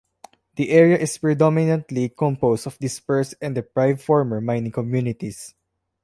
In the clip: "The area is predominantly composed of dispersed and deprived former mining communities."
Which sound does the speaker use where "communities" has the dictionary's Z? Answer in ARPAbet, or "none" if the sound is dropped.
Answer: S